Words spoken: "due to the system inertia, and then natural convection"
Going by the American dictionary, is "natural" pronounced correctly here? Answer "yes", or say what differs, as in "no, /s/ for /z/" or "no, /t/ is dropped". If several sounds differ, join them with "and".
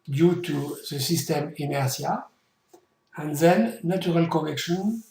no, /tʃ/ is dropped